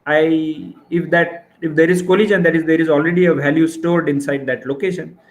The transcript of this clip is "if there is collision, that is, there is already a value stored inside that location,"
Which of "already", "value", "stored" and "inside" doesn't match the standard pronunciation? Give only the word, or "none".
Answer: none